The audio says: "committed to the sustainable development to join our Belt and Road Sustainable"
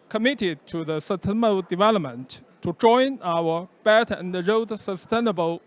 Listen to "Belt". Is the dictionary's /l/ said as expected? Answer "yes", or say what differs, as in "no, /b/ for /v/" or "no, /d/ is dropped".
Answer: no, /l/ is dropped